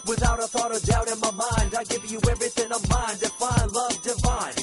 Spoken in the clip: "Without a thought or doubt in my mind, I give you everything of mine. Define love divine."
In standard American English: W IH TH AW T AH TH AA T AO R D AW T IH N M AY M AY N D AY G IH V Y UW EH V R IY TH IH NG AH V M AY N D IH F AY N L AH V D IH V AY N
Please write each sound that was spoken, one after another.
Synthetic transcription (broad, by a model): W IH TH AW T AH TH AA T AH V D AW T IH N M AY M AY N D AY G IH V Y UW EH V R IY TH IH NG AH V M AY N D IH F AY N L AH V D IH V AY N